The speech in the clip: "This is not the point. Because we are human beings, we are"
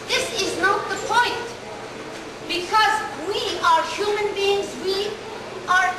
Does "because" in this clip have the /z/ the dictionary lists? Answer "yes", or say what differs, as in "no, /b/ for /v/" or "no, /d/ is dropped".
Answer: yes